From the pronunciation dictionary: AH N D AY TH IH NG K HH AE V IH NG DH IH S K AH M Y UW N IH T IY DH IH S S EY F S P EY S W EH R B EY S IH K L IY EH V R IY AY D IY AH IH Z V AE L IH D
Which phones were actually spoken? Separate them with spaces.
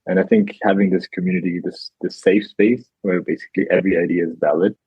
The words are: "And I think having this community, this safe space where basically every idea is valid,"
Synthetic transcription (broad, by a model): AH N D AY TH IH NG K HH AE V IH NG DH IH S K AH M Y UW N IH T IY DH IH S S EY F S P EY S W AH R B EY S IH K L IY EH V R IY AY D IY AH IH Z V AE L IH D